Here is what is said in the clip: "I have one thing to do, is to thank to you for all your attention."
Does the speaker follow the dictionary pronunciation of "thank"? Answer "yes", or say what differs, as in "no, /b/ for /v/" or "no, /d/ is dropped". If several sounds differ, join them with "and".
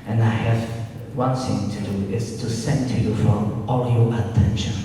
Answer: no, /s/ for /θ/